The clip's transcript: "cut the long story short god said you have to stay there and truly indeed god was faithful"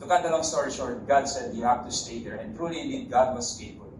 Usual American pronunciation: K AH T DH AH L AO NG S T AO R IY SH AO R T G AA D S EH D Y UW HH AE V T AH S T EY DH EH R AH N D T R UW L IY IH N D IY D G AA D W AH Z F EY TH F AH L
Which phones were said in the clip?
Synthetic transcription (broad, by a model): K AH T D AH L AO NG S T AO R IY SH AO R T G AA D S EH D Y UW HH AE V T AH S T EY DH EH R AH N T R UW L IY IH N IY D G AA D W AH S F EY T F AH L